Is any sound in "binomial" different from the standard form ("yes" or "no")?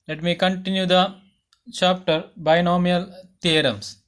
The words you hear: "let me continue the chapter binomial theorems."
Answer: no